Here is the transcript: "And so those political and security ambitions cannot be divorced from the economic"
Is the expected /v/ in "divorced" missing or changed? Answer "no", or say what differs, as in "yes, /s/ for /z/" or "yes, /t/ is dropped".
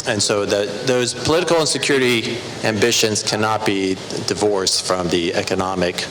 no